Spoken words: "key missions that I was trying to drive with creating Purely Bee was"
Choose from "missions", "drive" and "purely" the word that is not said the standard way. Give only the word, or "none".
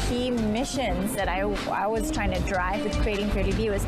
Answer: purely